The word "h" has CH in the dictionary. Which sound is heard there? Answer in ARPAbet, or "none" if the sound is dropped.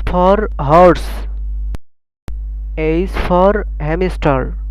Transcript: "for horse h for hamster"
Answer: S